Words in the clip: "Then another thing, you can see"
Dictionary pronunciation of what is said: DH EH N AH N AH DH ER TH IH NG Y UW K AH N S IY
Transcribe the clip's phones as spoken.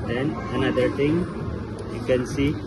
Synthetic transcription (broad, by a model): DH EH N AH N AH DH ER T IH NG Y UW K AH N S IY